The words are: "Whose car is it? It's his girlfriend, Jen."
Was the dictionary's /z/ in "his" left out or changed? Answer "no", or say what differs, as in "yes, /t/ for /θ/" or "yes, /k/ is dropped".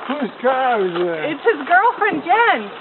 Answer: no